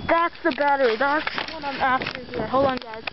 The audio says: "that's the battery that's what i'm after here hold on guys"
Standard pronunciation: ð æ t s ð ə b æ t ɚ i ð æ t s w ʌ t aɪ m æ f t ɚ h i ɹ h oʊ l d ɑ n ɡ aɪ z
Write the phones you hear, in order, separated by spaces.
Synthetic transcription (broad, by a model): ð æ t s ð ə b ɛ t ɚ ð æ t s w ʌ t aɪ m æ f t ɚ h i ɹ h oʊ l ɑ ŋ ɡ aɪ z